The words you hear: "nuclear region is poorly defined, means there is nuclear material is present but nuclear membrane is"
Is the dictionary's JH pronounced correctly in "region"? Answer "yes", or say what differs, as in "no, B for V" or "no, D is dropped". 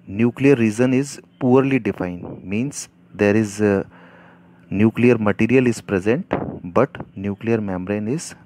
no, Z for JH